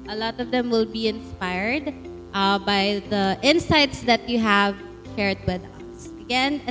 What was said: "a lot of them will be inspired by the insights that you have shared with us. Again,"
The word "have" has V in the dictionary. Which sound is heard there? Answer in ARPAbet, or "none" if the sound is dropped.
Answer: V